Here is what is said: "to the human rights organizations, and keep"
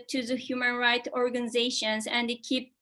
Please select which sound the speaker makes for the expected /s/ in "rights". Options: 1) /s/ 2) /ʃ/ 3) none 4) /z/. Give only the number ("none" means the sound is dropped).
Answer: 3